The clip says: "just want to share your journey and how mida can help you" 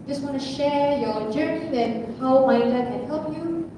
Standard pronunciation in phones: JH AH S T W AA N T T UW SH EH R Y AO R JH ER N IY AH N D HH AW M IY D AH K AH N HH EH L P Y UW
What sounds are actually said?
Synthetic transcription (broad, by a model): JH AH S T W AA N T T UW SH EH R Y AO R JH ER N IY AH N HH AW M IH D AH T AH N HH EH L P Y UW